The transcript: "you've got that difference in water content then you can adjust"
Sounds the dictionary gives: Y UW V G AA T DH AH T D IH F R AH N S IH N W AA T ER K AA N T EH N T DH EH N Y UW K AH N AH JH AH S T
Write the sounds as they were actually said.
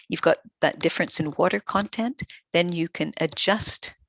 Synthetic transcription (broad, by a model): Y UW V G AA T DH AH T D IH F R AH N S IH N W AA T ER K AA N T EH N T DH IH N Y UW K AH N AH JH AH S T